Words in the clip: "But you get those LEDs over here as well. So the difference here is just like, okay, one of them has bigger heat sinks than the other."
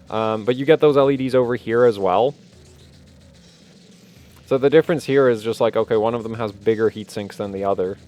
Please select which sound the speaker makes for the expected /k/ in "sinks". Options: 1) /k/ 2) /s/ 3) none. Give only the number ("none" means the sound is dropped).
1